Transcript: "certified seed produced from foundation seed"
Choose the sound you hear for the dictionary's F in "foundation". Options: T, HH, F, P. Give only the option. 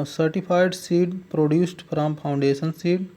P